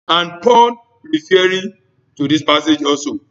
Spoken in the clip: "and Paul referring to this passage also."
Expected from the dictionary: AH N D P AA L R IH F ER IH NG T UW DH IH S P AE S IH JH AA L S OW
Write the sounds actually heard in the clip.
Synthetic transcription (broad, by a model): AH N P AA N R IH F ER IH T UW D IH S P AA S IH JH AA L S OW